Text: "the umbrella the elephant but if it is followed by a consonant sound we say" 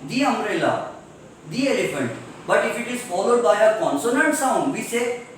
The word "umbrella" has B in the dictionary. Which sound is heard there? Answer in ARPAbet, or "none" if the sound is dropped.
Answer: none